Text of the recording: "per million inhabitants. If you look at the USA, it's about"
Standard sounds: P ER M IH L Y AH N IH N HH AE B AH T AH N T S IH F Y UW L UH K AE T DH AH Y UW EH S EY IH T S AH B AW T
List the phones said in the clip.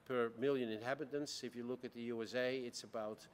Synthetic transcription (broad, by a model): P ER M IH L Y AH N IH N HH AE B AH T AH N T S IH F Y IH L UH K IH T DH AH Y UW EH S EY IH T S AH B AW T